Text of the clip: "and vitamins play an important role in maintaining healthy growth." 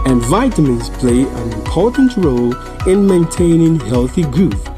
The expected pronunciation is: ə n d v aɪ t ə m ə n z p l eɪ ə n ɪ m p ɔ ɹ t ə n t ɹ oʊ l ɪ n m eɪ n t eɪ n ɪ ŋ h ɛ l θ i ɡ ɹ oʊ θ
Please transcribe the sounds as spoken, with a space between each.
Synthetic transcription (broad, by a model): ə n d v aɪ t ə m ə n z p l eɪ ə n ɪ m p ɔ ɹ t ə n t ɹ oʊ l ɪ n m eɪ n t eɪ n ɪ ŋ h ɛ l θ i ɡ ɹ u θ